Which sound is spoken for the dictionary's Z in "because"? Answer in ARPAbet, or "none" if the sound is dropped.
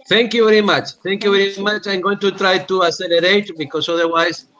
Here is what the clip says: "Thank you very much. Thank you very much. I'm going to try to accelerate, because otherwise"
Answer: S